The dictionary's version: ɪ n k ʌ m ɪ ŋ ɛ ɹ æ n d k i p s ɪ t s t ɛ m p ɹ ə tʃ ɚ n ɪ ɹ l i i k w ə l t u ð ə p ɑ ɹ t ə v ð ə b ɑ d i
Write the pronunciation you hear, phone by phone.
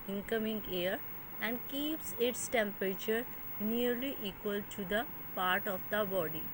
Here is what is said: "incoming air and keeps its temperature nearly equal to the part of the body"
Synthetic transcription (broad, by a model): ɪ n k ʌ m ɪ ŋ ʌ ɹ æ n d k i p s ɪ t s t ɛ m p ɹ ə tʃ ɚ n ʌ ɹ l i i k w ə l t u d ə p ɑ ɹ t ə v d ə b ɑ d i